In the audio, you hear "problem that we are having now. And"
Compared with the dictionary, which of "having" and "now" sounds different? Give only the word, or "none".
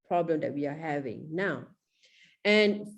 none